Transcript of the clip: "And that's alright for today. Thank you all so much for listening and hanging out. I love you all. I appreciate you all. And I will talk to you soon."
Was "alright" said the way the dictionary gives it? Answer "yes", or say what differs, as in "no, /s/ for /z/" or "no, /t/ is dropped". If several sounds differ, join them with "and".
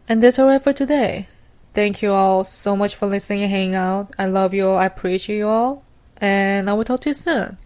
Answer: no, /l/ is dropped